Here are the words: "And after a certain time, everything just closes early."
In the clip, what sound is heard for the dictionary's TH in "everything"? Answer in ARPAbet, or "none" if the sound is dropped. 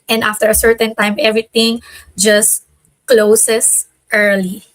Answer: T